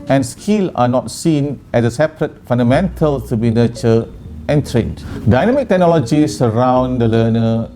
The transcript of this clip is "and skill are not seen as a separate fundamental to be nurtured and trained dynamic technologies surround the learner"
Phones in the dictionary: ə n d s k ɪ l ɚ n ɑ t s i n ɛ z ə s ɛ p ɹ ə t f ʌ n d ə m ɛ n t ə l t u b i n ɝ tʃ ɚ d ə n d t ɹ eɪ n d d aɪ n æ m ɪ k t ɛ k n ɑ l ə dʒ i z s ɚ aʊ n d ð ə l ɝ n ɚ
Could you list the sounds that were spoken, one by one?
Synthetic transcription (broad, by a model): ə n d s k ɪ l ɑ n ɑ t s i n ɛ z ə s ɛ p ɹ ə t f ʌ n d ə m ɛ n t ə l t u b i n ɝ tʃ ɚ ə n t ɹ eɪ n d d aɪ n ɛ m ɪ k t ɛ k n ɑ l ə dʒ i s ɚ aʊ n d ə l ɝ n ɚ